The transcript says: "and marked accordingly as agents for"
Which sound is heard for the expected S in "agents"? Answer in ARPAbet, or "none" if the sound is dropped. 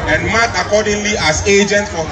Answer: none